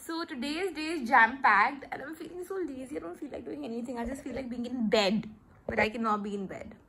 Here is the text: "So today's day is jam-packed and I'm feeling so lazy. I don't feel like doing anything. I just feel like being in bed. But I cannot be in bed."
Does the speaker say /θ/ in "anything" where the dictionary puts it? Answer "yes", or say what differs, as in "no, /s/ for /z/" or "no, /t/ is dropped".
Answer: no, /t/ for /θ/